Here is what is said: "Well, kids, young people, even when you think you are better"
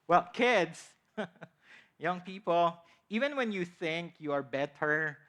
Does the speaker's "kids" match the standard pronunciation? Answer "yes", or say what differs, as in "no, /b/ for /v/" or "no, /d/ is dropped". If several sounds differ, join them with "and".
no, /s/ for /z/